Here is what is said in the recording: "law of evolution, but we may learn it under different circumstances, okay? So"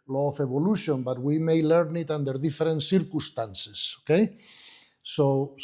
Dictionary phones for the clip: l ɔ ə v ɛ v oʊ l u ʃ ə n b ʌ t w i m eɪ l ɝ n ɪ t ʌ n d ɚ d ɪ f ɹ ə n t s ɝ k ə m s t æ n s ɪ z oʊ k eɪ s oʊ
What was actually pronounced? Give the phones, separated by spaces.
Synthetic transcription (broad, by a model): l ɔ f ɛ b oʊ l u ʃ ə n b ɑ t w i m eɪ l ɝ n ɪ t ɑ n d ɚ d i f ɹ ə n t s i k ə s t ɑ n s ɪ s oʊ k eɪ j oʊ